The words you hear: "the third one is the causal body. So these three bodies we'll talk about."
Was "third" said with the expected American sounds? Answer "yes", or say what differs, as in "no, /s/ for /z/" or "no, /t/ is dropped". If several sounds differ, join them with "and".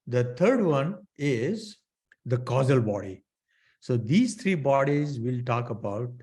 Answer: no, /t/ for /θ/